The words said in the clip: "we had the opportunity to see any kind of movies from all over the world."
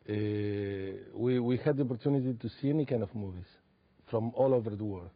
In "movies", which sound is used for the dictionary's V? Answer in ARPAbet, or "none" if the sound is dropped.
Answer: V